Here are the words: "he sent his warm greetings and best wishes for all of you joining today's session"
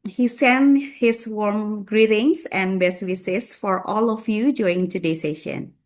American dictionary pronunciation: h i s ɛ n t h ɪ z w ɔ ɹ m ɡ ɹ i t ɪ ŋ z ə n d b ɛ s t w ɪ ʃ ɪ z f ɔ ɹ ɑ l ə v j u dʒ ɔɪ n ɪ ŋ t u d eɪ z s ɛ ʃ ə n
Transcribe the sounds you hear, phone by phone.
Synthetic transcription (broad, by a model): h i s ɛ n h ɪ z w ɔ ɹ m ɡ ɹ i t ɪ ŋ s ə n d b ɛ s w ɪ s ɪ s f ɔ ɹ ɑ l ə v j u dʒ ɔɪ ɪ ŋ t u d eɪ s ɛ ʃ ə n